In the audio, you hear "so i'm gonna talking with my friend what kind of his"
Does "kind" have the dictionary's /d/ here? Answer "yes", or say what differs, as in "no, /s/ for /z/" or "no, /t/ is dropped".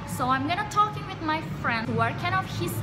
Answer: no, /d/ is dropped